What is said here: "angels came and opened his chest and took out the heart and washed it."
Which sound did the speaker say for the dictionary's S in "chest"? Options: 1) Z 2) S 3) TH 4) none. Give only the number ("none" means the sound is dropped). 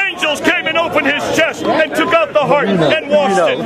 2